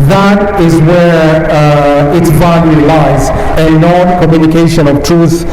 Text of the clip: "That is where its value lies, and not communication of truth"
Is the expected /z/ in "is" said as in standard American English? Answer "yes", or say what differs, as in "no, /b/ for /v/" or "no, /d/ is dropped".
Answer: yes